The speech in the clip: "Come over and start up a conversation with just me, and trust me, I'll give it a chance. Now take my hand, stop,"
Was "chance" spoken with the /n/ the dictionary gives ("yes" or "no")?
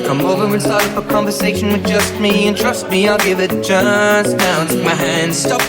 no